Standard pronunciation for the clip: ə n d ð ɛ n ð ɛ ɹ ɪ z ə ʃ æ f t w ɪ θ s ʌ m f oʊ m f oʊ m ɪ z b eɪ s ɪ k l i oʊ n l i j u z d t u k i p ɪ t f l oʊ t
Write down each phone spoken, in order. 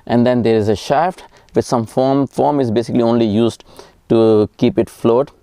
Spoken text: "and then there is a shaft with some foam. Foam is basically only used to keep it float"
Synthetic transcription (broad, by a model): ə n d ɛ n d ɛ ɹ ɪ z ə ʃ æ f t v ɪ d s ʌ m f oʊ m f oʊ m ɪ z b eɪ s ɪ k l i oʊ n l i j u z d t u k i p ɪ t f l oʊ t